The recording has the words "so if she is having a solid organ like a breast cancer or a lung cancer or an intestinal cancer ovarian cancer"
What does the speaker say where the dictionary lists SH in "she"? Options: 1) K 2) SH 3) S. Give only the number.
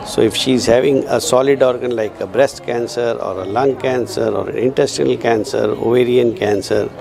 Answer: 2